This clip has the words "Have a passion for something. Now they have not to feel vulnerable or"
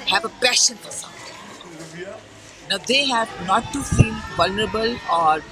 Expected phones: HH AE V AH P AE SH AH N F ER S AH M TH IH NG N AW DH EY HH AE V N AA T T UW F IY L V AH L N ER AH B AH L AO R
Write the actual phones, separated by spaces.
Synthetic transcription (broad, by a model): HH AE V AH P AE SH AH N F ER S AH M T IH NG N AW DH EY HH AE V N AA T T UW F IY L V AH L N ER AH B AH L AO R